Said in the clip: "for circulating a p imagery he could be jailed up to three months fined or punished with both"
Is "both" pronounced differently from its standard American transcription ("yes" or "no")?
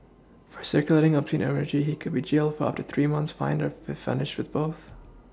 no